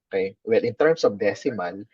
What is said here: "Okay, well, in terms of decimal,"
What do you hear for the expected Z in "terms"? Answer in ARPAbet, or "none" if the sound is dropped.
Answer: S